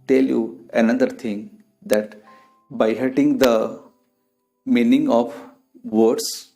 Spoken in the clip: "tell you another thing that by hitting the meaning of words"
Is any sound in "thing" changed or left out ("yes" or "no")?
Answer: yes